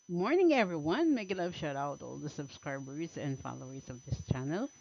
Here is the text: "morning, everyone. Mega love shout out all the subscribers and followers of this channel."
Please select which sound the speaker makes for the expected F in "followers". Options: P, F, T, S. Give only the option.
F